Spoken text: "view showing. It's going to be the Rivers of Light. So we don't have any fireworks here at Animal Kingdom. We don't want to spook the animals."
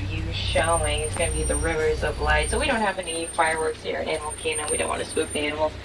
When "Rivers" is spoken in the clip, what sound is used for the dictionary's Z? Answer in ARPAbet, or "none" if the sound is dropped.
Z